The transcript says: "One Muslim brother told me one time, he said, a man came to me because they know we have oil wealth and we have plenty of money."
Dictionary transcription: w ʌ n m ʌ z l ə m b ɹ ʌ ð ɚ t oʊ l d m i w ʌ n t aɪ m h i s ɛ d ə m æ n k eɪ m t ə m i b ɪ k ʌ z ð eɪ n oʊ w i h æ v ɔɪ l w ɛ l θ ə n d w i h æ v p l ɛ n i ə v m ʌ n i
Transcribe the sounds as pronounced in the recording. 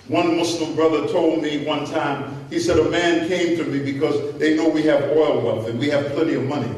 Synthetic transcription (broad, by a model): w ʌ n m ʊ s l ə m b ɹ ʌ ð ɚ t oʊ l d m i w ʌ n t aɪ m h i s ɛ d ə m æ n k eɪ m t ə m i b ɪ k ʌ z ð eɪ n oʊ w i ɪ v ɔɪ l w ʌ n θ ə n w i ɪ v p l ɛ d i ə v m ʌ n i